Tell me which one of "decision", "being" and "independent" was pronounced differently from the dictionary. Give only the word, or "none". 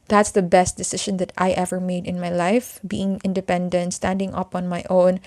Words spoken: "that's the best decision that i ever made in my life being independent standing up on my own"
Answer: decision